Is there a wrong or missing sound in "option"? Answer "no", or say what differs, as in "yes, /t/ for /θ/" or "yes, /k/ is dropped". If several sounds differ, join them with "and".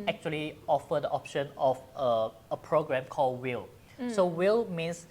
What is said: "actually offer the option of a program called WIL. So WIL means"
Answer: no